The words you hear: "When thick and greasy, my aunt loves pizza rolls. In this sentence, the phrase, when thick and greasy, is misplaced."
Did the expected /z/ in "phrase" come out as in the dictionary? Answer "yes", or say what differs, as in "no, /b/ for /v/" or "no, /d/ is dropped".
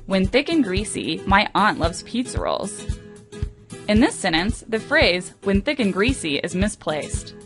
yes